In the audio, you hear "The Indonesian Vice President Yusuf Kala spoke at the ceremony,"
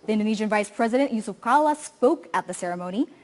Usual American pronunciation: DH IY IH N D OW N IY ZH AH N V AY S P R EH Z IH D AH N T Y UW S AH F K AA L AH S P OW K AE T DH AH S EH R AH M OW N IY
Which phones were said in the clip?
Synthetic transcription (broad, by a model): DH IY IH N D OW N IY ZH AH N V AY S P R EH Z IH D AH N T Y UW S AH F K AA L AH S P OW K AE T DH AH S EH R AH M OW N IY